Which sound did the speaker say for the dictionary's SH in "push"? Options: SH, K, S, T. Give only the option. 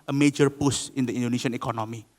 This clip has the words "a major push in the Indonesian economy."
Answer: S